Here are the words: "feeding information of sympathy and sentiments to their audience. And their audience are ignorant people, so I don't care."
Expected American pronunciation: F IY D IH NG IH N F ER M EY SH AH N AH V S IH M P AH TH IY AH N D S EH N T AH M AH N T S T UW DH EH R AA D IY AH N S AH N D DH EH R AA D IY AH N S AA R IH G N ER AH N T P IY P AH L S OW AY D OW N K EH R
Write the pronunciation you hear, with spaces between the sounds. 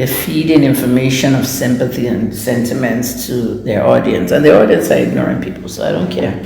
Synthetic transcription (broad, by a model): F IY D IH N IH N F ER M EY SH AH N AH V S IH M P AH TH IY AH N S EH N T AH M AH N T S T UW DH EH R AA D IY AH N S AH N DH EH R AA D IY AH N S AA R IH G N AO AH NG P IY P L S OW AY D OW N K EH R